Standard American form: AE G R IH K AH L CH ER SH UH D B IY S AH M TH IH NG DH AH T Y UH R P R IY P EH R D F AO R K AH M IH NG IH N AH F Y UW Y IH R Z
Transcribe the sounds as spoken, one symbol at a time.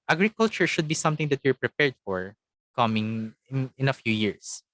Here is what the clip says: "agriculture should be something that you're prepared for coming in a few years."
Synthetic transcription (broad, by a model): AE G R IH K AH L CH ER SH UH D B IY S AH M T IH NG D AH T Y UH R P R IY P EH R D F AO R K AH M IH NG IH N AH F Y UW Y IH R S